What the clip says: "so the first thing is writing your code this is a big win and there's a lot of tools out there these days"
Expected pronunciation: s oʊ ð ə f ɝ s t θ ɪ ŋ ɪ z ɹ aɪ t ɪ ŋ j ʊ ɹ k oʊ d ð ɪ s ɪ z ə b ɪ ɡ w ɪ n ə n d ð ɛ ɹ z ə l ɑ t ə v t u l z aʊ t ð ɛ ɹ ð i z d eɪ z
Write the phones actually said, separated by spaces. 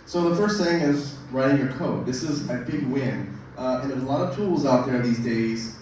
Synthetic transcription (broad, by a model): s oʊ ð ə f ɝ s t θ ɪ ŋ ɪ z ɹ aɪ t ɪ ŋ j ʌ ɹ k oʊ d ð ɪ s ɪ z ə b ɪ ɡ w ɪ n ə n ə l ɑ t ə v t u l z aʊ t ð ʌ ɹ ð i z d eɪ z